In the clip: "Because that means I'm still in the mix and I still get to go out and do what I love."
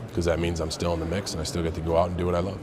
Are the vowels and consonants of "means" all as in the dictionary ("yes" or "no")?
yes